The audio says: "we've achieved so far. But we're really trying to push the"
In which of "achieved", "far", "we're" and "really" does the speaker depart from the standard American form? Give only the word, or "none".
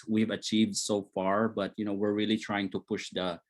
none